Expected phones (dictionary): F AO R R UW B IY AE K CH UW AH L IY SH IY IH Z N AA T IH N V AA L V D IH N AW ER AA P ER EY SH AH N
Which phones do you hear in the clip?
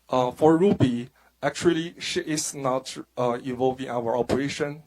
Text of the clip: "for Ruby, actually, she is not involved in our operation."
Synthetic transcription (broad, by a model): F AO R R UW B IY AE K CH UW AH L IY SH IY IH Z N AA T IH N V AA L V IH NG AW ER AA P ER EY SH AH N